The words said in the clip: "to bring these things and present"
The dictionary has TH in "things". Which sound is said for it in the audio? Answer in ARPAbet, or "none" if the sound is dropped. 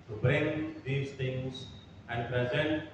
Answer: T